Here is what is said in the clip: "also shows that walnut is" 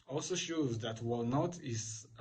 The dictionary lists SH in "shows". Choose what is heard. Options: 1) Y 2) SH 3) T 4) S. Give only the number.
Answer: 2